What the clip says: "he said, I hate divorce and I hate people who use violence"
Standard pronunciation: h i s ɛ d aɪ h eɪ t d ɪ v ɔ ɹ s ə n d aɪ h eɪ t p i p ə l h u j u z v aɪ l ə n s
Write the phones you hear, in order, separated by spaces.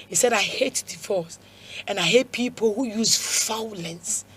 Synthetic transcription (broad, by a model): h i s ɛ d aɪ h eɪ t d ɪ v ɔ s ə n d aɪ h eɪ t p i p ə l h u j u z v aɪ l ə n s